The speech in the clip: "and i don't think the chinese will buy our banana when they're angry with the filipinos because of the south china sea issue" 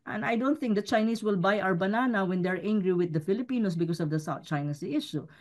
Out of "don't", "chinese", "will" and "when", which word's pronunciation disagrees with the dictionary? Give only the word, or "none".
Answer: chinese